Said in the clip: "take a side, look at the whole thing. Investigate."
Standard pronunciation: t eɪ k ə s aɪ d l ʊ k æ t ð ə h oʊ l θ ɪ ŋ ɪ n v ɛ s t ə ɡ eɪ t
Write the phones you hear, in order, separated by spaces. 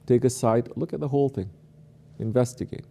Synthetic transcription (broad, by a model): t eɪ k ə s aɪ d l ʊ k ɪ t ð ə h oʊ l θ ɪ ŋ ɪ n v ɛ s t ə ɡ eɪ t